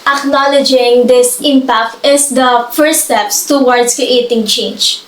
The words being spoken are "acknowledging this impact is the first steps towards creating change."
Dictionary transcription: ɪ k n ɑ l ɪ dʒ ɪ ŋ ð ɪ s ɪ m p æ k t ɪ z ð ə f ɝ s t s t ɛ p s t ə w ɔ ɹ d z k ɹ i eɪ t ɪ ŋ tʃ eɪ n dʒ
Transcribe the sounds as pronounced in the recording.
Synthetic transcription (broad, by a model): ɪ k n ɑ l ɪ dʒ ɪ ŋ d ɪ s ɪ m p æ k t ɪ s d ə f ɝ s s t ɛ p s t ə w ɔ ɹ d s k ɹ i eɪ t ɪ ŋ tʃ eɪ n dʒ